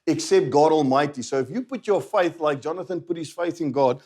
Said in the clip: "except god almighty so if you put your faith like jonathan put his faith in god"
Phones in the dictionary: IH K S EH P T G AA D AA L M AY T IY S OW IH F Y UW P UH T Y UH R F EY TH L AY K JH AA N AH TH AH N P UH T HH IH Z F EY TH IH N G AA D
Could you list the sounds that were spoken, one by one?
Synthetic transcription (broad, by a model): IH K S EH P T G AA D AA L M AY T IY S OW IH F Y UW P UH T Y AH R F EY TH L AY K JH AA N AH TH AH N P UH T HH IH Z F EY TH IH N G AA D